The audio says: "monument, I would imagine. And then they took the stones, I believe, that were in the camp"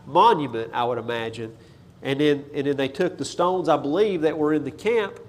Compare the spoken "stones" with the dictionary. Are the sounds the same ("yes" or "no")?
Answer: yes